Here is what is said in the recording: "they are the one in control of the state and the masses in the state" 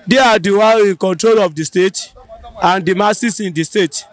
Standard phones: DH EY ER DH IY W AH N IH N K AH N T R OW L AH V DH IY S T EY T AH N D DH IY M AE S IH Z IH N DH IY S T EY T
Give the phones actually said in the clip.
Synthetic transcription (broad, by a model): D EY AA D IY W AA IH N K AH N T R OW L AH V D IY S T EY T AH N D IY M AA S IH S IH N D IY S T EY T